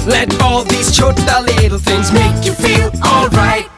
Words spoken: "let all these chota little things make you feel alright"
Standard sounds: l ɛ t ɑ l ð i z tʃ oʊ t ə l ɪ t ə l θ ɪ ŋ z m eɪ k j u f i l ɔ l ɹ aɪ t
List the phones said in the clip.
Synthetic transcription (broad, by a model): l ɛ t ɑ l ð i z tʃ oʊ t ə l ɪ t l θ ɪ ŋ z m eɪ k j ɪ f i l ɔ l ɹ aɪ t